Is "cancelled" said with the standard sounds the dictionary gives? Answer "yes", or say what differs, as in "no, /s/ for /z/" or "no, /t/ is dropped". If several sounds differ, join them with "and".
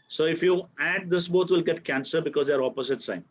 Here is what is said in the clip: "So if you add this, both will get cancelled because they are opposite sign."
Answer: no, /l/ is dropped